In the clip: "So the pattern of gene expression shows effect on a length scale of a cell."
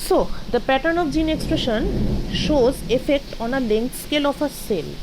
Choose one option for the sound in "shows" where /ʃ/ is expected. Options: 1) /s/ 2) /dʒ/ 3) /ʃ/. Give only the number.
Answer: 3